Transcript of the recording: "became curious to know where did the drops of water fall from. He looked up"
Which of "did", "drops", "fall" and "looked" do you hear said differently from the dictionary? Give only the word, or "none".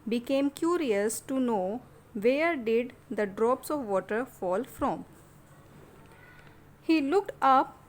none